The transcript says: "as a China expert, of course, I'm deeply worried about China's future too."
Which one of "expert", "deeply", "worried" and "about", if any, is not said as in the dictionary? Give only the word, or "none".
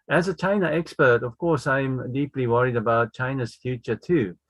none